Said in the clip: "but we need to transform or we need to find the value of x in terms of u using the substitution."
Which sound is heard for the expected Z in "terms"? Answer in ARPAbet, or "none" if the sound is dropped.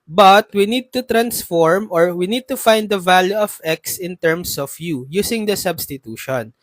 S